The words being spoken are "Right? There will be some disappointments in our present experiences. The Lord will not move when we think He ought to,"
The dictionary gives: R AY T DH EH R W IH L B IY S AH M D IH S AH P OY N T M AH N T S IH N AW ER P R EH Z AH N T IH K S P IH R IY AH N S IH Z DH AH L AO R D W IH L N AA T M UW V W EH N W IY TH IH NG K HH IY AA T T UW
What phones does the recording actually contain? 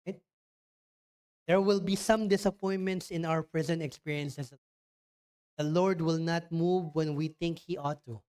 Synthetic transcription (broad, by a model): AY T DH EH R W IH L B IY S AH M D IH S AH P OY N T M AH N T S IH N AW ER P R EH Z AH N T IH K S P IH R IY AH N S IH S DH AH L AO R D W IH L N AA T M UW V W EH N W IY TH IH NG K HH IY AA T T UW